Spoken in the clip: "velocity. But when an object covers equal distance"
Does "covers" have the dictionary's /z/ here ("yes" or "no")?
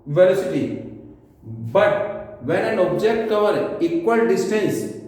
no